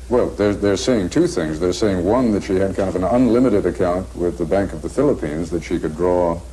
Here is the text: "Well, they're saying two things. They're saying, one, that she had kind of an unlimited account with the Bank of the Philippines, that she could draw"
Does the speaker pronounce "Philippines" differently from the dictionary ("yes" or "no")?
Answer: no